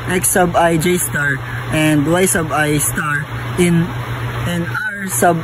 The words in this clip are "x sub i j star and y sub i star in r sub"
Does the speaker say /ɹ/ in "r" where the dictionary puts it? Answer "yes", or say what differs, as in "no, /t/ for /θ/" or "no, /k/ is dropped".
no, /w/ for /ɹ/